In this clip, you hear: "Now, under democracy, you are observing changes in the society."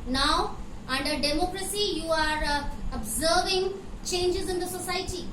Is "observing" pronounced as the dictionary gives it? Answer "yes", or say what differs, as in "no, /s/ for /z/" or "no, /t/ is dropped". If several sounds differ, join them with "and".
yes